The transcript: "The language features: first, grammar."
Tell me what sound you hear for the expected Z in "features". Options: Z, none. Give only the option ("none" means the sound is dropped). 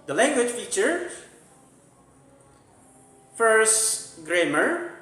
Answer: none